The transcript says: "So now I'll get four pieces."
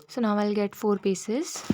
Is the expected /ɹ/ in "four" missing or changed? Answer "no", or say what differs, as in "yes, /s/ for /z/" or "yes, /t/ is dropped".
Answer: no